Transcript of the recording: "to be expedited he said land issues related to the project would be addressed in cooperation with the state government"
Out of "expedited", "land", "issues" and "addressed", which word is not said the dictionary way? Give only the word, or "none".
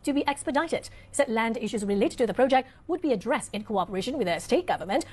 none